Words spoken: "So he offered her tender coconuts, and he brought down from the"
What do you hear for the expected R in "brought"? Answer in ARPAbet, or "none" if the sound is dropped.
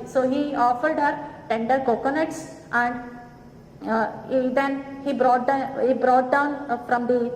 R